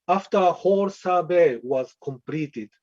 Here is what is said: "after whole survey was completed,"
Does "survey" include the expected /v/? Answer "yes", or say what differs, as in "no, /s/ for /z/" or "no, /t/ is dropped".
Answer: no, /b/ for /v/